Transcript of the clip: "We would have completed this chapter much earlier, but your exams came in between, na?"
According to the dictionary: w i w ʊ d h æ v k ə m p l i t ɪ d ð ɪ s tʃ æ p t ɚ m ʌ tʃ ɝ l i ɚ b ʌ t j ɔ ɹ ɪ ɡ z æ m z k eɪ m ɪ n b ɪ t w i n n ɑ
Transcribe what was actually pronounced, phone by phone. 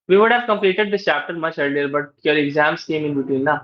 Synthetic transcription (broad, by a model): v i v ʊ d h æ v k ə m p l i t ɪ d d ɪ s tʃ æ p t ɚ m ʌ tʃ ɝ l i ɚ b ʌ t j ɔ ɹ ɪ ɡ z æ m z k eɪ m ɪ n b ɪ t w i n n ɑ